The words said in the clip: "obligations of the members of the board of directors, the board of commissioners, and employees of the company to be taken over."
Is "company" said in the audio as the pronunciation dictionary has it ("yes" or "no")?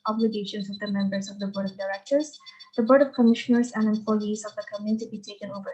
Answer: no